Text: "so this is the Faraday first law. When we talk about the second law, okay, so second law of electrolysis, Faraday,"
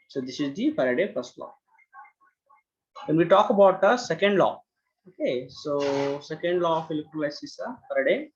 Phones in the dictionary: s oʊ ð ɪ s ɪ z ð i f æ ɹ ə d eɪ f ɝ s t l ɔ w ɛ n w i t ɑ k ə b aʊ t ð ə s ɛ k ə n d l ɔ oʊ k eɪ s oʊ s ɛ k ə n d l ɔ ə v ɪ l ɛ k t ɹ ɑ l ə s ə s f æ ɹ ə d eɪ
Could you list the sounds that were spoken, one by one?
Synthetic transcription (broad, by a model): s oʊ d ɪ s ɪ z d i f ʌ ɹ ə d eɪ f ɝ s t l ɔ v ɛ n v i t ɑ k ə b aʊ t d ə s ɛ k ə n d l ɔ oʊ k eɪ s oʊ s ɛ k ə n d l ɔ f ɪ l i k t l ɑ ə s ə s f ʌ ɹ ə d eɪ